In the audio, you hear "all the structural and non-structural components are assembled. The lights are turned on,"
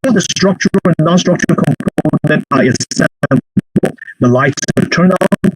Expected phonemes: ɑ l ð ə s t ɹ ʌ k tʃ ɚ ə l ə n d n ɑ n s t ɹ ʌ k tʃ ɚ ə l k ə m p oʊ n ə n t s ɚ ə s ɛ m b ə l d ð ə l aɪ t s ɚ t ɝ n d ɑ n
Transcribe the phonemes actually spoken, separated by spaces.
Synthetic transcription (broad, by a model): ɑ ð ə s t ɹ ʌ k tʃ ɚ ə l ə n n ɑ n s t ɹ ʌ k tʃ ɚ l k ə m p oʊ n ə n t ɚ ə s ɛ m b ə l ð ə l aɪ t s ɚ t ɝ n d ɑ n